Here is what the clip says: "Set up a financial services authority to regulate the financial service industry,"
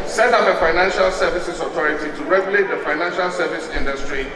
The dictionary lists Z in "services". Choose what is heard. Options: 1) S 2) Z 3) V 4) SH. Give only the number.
1